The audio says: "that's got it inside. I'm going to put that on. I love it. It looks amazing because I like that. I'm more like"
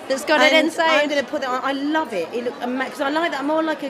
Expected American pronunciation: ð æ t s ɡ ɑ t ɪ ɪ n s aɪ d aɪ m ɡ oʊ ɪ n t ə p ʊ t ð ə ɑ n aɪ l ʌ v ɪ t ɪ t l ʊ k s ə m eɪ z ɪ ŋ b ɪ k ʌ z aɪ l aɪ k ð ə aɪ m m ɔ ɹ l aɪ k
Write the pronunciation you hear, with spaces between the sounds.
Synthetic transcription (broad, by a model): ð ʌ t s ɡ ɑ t ɪ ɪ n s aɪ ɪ aɪ m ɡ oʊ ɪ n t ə p ʊ t ð ə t aɪ l ʌ v ɪ t ɪ t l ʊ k ə m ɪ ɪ k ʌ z aɪ l aɪ k ð ə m m ɔ l aɪ k